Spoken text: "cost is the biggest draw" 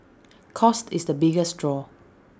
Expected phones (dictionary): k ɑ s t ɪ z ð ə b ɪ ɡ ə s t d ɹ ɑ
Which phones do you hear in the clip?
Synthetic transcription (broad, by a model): k ɑ s t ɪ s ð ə b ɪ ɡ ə s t d ɹ ɑ